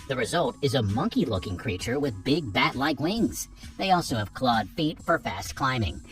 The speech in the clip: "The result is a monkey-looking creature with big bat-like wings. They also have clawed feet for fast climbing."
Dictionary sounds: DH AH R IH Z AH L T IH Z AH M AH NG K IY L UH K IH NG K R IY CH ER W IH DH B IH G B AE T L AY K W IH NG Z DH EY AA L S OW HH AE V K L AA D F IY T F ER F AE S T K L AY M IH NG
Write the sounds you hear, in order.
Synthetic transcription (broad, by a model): DH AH R IH Z AH L T IH Z AH M AH NG K IY L UH K IH NG K R IY CH ER W IH DH B IH G B AE T L AY K W IH NG Z DH EY AA L S OW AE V K L AA D F IY T F ER F AE S T K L AY M IH NG